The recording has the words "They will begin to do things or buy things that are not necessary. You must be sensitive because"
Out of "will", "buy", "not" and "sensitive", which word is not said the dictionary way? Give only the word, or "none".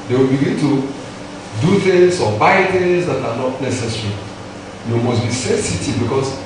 sensitive